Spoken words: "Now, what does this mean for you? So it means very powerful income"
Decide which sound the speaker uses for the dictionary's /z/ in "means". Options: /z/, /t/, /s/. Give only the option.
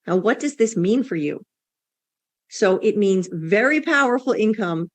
/z/